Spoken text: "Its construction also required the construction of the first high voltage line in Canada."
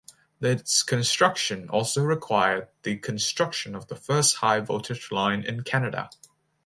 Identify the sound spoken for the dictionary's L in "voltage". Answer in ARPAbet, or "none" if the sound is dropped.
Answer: none